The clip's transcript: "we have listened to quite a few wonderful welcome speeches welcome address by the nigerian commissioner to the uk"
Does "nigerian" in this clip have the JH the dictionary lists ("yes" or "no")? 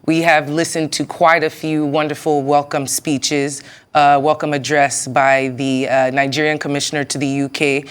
yes